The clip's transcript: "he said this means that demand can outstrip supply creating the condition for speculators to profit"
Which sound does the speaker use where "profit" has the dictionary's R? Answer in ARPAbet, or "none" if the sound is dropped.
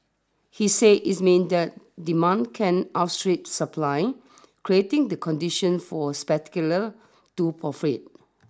none